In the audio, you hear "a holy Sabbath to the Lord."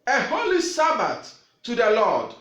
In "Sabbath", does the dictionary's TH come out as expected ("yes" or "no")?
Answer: no